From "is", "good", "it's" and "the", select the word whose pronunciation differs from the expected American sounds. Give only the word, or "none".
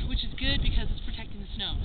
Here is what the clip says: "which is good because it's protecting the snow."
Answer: none